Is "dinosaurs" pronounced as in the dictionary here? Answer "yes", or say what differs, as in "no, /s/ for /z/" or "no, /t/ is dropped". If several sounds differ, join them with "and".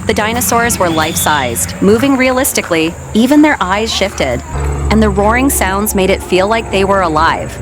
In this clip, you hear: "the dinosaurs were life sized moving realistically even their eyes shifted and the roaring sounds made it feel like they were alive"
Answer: yes